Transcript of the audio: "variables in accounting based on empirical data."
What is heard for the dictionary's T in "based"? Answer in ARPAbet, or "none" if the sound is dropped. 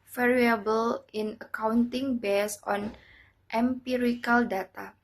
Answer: none